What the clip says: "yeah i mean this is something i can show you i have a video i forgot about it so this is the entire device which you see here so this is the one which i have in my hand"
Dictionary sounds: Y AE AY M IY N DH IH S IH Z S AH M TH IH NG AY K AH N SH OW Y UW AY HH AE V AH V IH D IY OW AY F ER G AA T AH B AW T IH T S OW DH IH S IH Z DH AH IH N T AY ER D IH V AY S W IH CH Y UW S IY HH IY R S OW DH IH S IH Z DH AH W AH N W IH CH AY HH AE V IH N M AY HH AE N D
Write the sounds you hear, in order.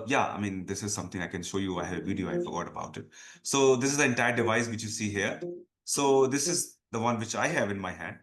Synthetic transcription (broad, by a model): Y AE AY M IY N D IH S IH Z S AH M T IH NG AY K AH N SH OW Y UW AY HH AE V AH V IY D IY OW AY F ER G AA T AH B AW T IH T S OW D IH S IH Z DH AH IH N T AY ER D IH V AY S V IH CH Y UW S IY HH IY R S OW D IH S IH Z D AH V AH N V IH CH AY HH AE V IH N M AY HH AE N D